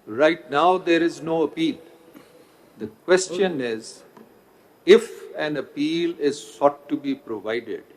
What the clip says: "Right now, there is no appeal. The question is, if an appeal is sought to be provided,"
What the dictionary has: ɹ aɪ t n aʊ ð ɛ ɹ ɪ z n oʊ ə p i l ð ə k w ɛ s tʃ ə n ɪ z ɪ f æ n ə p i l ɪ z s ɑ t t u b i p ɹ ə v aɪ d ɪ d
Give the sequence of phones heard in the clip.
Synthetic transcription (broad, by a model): ɹ aɪ t n aʊ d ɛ ɹ ɪ z n oʊ ə p i l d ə k w ɛ s tʃ ə n ɪ z ɪ f æ n ə p i l ɪ z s ɑ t t u b i p ɹ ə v aɪ d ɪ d